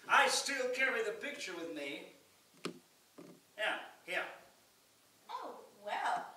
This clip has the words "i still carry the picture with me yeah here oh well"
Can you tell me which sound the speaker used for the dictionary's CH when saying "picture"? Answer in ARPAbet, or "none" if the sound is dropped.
CH